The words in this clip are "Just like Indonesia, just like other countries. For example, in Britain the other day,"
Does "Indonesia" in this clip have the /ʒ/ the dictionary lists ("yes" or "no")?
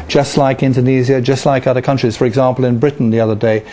no